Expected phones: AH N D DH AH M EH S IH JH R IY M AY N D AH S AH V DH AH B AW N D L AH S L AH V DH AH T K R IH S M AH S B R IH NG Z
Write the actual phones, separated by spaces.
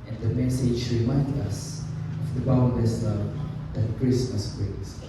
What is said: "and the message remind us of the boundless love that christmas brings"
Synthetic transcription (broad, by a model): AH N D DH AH M EH S IH JH R IY M AY N D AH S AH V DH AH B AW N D AH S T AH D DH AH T K R IH S M AH S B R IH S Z